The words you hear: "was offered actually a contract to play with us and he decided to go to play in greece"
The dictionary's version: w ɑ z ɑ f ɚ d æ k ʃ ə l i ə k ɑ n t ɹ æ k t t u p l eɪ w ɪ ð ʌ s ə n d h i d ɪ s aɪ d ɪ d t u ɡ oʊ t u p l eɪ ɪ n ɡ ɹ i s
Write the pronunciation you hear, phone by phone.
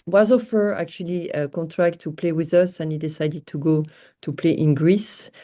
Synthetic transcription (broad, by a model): w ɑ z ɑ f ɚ ɑ k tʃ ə l i ə k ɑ n t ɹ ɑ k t t u p l eɪ w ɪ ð ʌ s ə n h i d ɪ s aɪ d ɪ d t u ɡ oʊ t u p l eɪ ɪ n ɡ ɹ i s